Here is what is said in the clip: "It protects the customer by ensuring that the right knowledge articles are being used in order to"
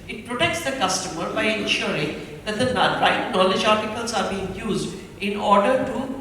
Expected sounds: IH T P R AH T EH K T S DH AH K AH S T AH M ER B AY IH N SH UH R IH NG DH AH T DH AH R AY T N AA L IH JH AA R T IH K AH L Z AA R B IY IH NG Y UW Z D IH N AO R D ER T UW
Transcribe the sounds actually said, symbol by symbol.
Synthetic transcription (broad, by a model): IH T P R AH T EH K T S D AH K AH S T AH M ER B AY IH N SH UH R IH NG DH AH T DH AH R AY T N AA L IH JH AA R T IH K AH L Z AA R B IY IH NG Y UW Z D IH N AO R D ER T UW